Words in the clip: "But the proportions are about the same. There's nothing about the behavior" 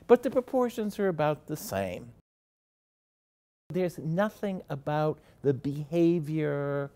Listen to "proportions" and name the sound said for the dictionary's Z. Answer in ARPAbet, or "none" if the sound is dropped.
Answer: Z